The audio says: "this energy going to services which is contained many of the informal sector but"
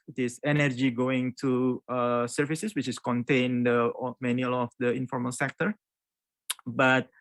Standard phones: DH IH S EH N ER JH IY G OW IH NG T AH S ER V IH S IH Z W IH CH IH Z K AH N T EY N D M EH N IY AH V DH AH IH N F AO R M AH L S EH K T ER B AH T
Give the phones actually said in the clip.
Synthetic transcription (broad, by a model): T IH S EH N ER JH IY G OW IH NG T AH S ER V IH S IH S W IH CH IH S K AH N T EY N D M EH N IY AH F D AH IH N F AO R M AH L S EH K T ER B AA T